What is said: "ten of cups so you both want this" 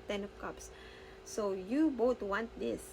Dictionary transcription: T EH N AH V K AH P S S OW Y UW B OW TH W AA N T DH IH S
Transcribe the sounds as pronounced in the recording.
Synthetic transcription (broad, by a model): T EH N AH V K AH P S S OW Y UW B OW T W AA N T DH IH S